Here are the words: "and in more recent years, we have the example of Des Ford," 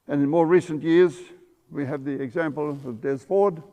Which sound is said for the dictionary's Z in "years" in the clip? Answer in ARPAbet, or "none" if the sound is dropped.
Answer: Z